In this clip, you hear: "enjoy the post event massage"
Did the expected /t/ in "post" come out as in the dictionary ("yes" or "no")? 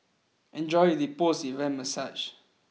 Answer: no